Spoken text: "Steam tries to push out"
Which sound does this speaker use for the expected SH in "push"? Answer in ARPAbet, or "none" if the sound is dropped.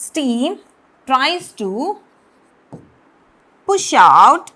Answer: SH